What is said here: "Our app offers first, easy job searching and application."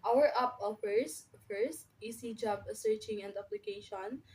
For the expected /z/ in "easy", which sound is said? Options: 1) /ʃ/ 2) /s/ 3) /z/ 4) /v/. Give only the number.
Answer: 2